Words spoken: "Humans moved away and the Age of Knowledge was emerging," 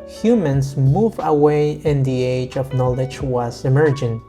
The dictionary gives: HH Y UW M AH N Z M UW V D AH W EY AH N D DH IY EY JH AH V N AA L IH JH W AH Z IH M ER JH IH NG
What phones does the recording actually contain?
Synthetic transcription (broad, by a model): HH Y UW M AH N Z M UW V AH W EY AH N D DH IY EY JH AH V N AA L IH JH W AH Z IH M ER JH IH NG